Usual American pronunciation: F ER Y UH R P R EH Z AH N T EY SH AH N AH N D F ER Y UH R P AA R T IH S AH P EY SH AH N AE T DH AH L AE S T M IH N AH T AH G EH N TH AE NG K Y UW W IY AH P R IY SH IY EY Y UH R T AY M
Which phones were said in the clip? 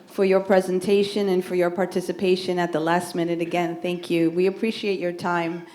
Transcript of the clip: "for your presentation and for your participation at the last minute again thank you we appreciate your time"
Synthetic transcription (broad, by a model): F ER Y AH R P R EH Z AH N T EY SH AH N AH N F ER Y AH R P AA R T IH S AH P EY SH AH N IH T DH AH L AE S T M IH N AH T AH G EH N TH AE NG K Y UW W IY AH P R IY SH IY EY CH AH R T AY M